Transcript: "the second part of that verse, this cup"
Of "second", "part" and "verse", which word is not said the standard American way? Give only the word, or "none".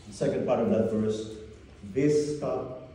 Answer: verse